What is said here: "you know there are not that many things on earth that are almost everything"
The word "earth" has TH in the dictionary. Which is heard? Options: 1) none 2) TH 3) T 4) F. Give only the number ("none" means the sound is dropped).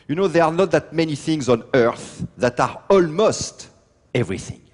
2